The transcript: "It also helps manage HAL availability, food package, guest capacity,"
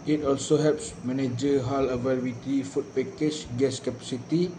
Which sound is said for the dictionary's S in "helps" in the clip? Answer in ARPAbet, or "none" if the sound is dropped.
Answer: S